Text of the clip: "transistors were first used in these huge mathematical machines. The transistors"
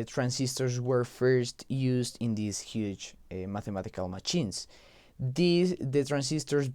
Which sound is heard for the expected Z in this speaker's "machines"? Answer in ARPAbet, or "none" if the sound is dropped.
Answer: S